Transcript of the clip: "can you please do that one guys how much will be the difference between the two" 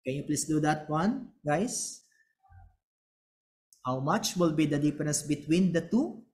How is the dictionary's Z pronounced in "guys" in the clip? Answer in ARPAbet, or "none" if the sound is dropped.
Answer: S